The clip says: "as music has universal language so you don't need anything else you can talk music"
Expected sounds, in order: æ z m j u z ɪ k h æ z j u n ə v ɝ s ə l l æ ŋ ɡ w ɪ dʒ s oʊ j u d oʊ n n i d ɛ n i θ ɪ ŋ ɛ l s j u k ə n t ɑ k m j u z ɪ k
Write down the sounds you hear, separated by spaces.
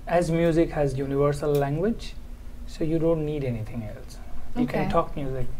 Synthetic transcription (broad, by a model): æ z m j u z ɪ k h æ z j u n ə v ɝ s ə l l æ ŋ ɡ w ɪ dʒ s oʊ j u d oʊ n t i d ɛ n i t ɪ ŋ ɛ l s j u k ə n t ɑ k m j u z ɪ k